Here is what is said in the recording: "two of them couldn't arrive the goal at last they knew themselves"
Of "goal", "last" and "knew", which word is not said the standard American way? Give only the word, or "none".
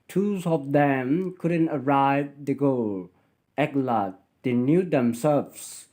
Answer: last